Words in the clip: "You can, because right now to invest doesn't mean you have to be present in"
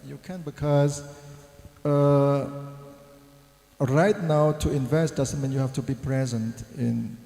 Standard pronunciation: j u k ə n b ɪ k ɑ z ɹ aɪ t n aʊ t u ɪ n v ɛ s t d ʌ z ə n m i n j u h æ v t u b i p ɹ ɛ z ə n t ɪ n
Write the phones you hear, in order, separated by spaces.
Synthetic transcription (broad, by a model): j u k ə n b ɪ k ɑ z ɹ aɪ t n aʊ t u ɪ n v ɛ s t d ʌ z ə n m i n j u h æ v t u b i p ɹ ɛ z ə n t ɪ n